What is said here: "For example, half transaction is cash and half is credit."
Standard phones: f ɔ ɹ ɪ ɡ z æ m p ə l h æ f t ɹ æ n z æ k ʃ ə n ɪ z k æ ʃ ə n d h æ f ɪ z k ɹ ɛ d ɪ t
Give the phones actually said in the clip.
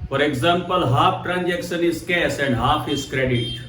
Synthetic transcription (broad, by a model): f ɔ ɹ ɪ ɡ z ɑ m p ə l h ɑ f t ɹ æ n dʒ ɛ k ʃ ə n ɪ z k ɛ s ə n d h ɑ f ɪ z k ɹ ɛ d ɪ t